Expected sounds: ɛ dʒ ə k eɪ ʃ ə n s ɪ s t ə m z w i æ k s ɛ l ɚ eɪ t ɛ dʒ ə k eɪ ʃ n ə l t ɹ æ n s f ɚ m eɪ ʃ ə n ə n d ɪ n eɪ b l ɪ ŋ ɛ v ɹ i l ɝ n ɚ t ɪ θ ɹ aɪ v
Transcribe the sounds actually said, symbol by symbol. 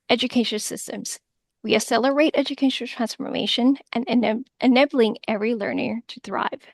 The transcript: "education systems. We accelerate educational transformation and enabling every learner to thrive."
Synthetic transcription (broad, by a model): ɛ dʒ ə k eɪ ʃ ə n s ɪ s t ə m z w i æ s ɛ l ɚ eɪ t ɛ dʒ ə k eɪ ʃ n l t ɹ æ n s f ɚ m eɪ ʃ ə n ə n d ɪ n eɪ b l ɪ ŋ ɛ v ɹ i l ɝ n ɚ t ɪ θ ɹ aɪ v